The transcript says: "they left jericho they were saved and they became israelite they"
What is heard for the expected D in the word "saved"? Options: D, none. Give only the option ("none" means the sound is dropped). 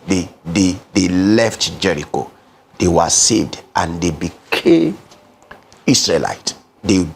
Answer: D